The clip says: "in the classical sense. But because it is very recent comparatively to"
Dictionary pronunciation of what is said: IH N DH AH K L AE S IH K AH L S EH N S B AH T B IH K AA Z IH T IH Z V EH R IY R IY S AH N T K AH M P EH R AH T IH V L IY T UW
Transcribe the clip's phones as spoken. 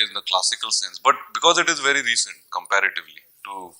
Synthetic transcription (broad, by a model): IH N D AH K L AE S IH K AH L S EH N S B AH T B IH K AA Z IH T IH Z V EH R IY R IY S AH N T K AH M P EH R AH T IH V L IY T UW